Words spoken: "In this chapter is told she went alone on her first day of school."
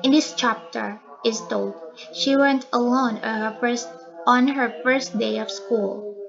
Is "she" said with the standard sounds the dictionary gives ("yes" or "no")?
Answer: yes